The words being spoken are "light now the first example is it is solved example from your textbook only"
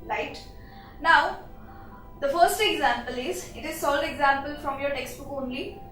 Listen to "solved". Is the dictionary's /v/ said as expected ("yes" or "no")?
no